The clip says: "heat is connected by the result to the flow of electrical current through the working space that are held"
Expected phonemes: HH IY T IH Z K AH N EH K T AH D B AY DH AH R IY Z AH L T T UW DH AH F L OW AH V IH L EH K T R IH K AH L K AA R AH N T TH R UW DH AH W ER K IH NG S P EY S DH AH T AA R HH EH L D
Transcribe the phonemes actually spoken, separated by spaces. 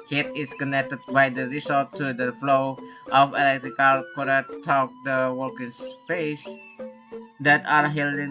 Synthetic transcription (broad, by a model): HH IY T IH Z K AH N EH K T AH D B AY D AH R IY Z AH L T T UW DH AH F L OW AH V IH L EH K T R IH K AH L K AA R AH T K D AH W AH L K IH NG S P EY S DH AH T AA R HH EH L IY